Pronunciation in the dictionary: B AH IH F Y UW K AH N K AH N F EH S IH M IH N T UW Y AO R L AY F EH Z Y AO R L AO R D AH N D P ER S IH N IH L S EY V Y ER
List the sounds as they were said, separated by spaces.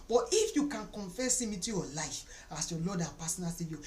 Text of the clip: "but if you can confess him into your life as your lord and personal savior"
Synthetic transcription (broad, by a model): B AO IH F Y UW K AH N K AH N F EH S IH M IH T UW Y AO L AY F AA S Y AO L AO D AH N P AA S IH N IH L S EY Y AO